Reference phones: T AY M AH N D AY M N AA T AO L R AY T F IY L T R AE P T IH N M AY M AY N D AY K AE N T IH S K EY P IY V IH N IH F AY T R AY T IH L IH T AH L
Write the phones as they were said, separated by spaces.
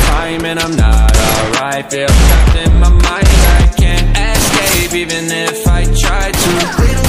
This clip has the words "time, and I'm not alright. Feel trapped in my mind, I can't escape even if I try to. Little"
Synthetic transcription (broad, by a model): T AY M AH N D AY M N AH T AO L R AY T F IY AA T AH T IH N M AY M AY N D AY K AE N T IH S K EY P IY V IH N IH F AY T R AY T IH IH